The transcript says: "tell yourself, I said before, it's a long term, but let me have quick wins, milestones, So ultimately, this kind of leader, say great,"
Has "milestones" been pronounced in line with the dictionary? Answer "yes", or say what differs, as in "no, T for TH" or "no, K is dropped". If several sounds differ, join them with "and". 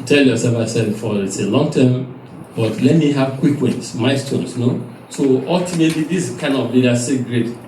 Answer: no, L is dropped